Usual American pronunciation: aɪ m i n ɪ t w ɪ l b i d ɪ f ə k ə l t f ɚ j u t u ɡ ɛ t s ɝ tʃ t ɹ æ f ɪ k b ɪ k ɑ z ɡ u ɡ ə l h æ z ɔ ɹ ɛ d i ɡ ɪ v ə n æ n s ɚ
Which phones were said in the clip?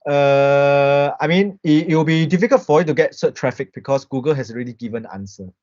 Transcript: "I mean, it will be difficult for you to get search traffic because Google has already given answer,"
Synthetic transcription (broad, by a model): aɪ m i n ɪ t w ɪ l b i d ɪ f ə k ə l t f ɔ j u t u ɡ ɛ t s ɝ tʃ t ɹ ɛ f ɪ k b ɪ k ɑ s ɡ u ɡ ə l h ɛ s ɔ ɹ ɛ d i ɡ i v ə n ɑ n s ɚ